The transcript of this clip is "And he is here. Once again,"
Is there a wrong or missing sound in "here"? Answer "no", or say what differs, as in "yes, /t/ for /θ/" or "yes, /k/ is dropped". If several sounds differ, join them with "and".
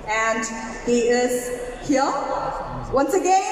yes, /l/ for /ɹ/